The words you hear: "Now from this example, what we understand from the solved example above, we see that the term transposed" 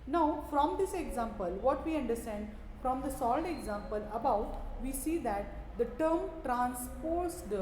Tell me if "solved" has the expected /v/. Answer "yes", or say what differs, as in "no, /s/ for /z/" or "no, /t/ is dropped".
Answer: no, /v/ is dropped